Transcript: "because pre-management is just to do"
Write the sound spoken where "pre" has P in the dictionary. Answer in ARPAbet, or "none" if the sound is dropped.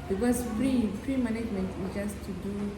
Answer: F